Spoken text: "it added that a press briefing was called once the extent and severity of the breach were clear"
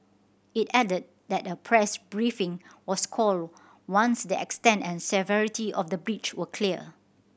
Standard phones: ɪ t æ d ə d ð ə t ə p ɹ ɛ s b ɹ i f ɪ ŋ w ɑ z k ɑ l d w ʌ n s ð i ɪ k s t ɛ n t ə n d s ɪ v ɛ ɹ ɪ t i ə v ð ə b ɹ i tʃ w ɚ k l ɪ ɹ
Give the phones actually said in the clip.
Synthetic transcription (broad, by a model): ɪ t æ d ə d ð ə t ə p ɹ ɛ s b ɹ i f ɪ ŋ w ɑ s k ɑ l d w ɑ n s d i ɪ k s t ɛ n t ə n s ɪ v ɛ ɹ ɪ t i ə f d ə b ɹ i tʃ w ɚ k l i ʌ